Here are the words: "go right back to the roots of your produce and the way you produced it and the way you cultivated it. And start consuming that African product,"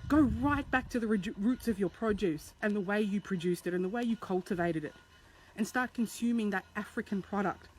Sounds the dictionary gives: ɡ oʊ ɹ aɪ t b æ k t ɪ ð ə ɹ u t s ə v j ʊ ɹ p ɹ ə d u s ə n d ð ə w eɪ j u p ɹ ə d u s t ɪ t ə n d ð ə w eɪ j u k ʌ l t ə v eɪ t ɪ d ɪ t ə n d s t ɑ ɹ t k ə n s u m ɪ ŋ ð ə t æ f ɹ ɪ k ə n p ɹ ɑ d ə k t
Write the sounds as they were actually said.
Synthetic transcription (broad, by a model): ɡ oʊ ɹ aɪ t b æ k t ɪ ð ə ɹ u t s ə v j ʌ ɹ p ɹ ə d u s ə n ð ə w eɪ j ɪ p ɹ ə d u s t ɪ t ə n ð ə w eɪ j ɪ k ʌ l t ə v eɪ t ɪ d ɪ t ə n s t ɑ ɹ t k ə n s u m ɪ ŋ ð ə t æ f ɹ ɪ k ə n p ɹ ɑ d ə k t